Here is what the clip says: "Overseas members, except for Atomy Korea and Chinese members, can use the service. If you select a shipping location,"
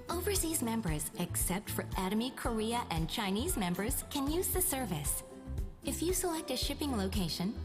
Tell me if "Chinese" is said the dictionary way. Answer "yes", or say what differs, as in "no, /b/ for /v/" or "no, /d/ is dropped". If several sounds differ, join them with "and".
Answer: yes